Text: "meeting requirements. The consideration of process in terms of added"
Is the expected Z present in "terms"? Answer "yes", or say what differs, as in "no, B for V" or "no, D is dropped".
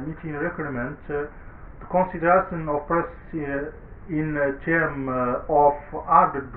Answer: no, Z is dropped